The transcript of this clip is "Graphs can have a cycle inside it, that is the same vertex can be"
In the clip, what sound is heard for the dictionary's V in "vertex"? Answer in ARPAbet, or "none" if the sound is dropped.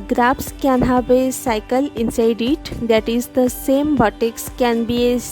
B